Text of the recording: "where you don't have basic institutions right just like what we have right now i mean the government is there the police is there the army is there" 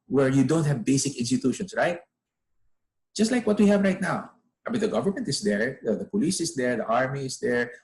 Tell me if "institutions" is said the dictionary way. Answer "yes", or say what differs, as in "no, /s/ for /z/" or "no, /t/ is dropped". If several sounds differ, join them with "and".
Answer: no, /s/ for /z/